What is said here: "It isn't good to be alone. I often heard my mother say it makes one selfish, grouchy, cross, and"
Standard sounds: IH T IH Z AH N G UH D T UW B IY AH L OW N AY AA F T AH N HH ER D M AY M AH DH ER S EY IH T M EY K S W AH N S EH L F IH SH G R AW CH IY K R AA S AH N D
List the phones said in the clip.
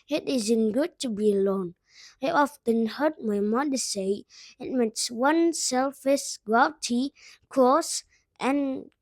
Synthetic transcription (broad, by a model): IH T IH Z AH N G UH D T UW B IY AH L OW N AY AA F T AH N HH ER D M AY M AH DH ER S EY IH T M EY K S W AH N S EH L F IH S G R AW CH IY K AA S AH N